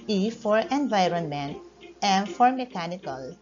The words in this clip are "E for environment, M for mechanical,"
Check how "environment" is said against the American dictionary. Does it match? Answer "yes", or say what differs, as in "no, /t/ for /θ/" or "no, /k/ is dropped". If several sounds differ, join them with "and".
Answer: yes